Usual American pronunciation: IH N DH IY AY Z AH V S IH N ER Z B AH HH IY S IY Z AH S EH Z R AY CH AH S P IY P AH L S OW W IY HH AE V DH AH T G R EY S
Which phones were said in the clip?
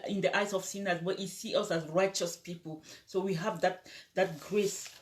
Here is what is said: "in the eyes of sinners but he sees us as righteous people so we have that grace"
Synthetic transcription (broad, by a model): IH N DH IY AY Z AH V S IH N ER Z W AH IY S IY AH S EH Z R AY CH AH S P IY P AH L S OW W IY HH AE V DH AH T G R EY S